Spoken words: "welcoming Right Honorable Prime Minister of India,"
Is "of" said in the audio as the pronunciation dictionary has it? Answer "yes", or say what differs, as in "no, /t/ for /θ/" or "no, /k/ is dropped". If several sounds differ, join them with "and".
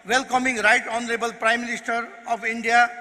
no, /p/ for /v/